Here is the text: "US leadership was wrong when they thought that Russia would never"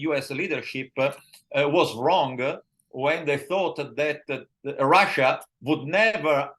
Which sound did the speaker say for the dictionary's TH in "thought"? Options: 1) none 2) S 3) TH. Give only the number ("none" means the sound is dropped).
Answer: 3